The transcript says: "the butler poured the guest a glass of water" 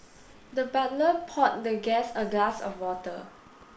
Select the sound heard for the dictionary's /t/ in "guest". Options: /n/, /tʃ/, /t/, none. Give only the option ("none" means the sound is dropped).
none